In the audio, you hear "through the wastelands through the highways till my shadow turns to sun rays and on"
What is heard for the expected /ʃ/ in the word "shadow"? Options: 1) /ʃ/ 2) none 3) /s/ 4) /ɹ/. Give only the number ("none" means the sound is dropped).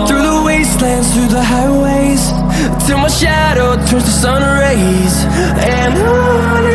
1